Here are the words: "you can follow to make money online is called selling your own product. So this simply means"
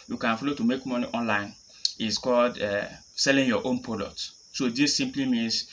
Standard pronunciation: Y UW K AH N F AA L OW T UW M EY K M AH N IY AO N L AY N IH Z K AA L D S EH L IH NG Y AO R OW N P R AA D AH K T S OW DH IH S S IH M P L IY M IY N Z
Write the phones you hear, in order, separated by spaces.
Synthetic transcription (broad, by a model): Y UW K AH N F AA L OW T UW M EY K M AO N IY AO N L AY N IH S K AA L D S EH L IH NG Y AO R OW N P AA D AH T S OW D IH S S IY M P L IY M IY N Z